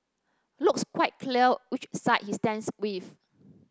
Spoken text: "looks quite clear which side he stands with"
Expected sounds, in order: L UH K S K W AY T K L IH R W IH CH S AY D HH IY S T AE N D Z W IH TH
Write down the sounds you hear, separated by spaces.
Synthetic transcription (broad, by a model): L UH K S K W AY T K L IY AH W IH CH S AY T HH IY S T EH N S W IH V